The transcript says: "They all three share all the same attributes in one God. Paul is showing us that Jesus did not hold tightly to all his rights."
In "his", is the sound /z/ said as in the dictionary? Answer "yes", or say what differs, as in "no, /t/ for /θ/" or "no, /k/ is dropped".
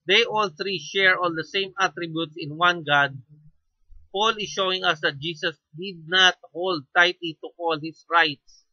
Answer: no, /s/ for /z/